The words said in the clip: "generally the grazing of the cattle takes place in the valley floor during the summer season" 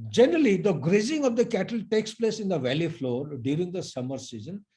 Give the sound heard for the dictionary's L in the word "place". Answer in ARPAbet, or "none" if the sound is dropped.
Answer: L